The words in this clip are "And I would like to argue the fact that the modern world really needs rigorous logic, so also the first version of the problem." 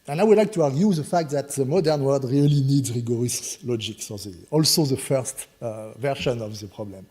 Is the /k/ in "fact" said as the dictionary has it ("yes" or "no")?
yes